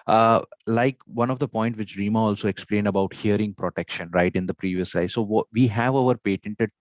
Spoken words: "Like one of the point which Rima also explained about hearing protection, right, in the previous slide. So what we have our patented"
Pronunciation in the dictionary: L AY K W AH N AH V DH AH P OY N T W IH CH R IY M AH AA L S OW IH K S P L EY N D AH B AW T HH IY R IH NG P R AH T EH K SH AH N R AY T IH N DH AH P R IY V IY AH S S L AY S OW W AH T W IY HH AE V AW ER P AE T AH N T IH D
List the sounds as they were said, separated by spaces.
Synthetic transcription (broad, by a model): L AY K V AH N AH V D AH P OY N T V IH CH R IY M AH AA L S OW IH K S P L EY N D AH B AW T HH IY R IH NG P R AH T EH K SH AH N R AY T IH N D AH P R IY V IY AH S S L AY S OW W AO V IY HH AE V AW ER P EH T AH N T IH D